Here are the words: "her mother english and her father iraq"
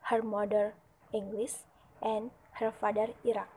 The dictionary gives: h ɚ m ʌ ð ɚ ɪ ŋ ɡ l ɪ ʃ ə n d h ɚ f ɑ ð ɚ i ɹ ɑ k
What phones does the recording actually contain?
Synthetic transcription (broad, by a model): h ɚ m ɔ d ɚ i ŋ ɡ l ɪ s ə n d h ɚ f ɑ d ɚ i ɹ ɑ k